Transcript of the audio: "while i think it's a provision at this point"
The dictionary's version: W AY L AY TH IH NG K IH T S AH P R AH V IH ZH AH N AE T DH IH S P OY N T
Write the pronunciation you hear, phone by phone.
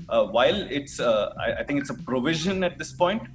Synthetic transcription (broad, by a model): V AY L AY T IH NG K IH T S AH P R AH V IH ZH AH N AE T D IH S P OY N T